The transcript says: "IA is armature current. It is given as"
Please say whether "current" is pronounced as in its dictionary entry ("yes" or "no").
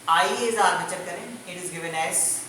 no